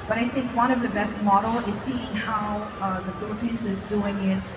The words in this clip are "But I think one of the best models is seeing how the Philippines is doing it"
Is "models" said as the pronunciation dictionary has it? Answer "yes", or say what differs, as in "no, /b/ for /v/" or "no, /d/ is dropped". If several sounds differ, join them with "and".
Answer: no, /z/ is dropped